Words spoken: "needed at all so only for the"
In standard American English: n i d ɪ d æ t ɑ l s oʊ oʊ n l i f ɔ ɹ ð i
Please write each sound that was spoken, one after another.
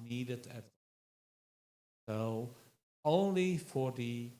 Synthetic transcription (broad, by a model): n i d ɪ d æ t s oʊ oʊ n l i f ɔ ɹ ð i